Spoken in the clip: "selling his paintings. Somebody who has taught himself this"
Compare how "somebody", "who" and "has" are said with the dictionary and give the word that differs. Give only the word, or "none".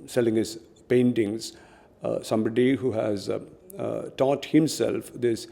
none